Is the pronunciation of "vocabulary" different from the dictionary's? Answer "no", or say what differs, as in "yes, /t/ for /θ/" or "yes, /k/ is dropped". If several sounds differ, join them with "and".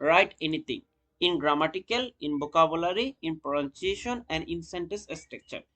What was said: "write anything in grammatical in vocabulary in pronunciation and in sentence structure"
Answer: yes, /b/ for /v/